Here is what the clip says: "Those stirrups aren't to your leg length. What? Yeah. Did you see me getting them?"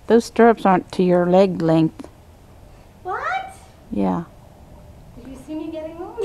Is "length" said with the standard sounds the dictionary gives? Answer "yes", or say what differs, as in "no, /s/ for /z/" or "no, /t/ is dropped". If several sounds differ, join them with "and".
yes